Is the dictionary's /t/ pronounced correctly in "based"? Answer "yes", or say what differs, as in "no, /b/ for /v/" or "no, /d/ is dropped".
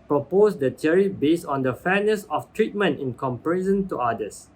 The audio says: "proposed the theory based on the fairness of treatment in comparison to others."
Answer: no, /t/ is dropped